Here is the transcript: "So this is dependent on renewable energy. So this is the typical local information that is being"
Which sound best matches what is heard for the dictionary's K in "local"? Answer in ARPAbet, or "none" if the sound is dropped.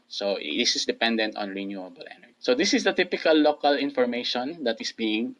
K